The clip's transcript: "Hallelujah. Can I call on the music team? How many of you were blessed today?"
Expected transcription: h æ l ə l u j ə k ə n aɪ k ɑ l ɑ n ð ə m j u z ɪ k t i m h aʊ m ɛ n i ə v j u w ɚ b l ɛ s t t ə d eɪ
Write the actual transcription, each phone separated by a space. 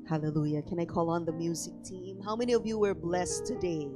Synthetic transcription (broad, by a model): h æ l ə l u j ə k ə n aɪ k ɑ l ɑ n ð ə m j u z ɪ k t i m h aʊ m ɛ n i ə v j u w ɚ b l ɛ s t t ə d eɪ